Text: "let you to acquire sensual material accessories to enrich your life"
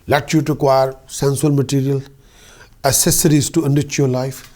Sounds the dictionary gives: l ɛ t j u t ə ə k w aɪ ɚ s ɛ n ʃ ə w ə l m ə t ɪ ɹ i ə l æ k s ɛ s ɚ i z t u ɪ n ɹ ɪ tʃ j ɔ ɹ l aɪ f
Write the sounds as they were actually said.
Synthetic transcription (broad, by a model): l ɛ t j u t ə ə k w aɪ ɚ s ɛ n s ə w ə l m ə t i ɹ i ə l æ s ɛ s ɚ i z t u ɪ n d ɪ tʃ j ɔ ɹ l aɪ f